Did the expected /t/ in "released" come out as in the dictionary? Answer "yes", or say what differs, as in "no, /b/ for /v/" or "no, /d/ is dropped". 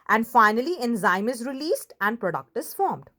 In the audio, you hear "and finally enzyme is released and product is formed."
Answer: yes